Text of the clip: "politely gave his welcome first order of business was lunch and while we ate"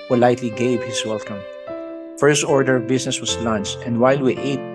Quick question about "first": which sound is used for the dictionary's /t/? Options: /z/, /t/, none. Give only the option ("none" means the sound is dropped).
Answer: /t/